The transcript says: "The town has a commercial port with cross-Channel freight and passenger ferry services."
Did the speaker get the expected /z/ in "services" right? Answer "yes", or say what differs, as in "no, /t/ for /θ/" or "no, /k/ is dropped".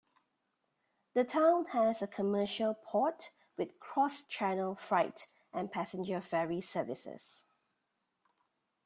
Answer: no, /s/ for /z/